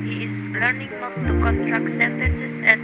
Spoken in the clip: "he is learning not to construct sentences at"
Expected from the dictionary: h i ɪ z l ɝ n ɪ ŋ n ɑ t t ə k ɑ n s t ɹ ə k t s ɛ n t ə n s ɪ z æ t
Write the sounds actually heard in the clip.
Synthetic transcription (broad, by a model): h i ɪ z l ɝ n ɪ ŋ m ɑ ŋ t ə k ɑ n s t ɹ ə k t s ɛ n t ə n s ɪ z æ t